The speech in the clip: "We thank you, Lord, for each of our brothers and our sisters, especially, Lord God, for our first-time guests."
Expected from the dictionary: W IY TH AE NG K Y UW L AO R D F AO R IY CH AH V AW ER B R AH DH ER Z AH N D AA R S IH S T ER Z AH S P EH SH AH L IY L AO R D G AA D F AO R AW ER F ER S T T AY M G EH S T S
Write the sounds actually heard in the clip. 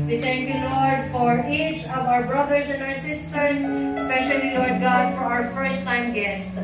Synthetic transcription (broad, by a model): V IY T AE NG K Y UW L AO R D F AO R IY CH AH V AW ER B R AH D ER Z AH N D AA R S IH S T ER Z S P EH SH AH L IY L AO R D G AA D F AO R AW ER F ER S T T AY M G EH S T